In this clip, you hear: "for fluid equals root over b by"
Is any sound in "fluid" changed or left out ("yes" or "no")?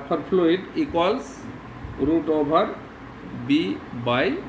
yes